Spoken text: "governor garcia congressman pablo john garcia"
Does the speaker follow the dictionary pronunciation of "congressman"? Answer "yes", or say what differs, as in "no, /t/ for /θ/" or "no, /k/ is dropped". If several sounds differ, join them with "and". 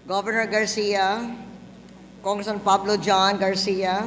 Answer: no, /m/ is dropped